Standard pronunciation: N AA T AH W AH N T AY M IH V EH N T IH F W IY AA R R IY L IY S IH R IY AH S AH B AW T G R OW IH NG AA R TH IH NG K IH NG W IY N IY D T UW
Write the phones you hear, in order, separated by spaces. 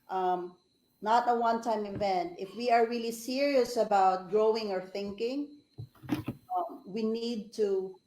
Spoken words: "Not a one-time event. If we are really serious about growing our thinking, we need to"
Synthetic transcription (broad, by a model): N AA T AH W AH N T AY M IH V EH N T IH F W IY AA R R IY L IY S IH R IY AH S AH B AW T G R OW IH NG AA R TH IH NG K IH NG W IY N IY D T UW